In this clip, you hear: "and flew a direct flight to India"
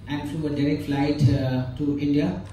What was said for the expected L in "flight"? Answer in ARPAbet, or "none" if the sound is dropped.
L